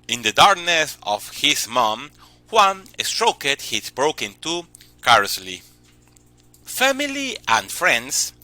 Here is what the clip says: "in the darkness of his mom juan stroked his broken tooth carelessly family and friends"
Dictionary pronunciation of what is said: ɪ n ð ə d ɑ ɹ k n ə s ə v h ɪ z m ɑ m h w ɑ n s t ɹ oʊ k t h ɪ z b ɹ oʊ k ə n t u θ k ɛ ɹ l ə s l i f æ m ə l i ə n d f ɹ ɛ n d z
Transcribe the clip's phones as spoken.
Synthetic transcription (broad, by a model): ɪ n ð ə d ɑ ɹ k n ə s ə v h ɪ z m ɑ m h w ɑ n s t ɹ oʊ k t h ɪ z b ɹ oʊ k ə n t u k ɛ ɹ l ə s l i f æ m ə l i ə n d f ɹ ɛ n d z